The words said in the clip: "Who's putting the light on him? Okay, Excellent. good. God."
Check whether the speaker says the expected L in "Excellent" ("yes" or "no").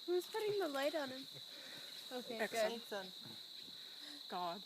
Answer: no